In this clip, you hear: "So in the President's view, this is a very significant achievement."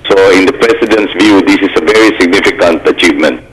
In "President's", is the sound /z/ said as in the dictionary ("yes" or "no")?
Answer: no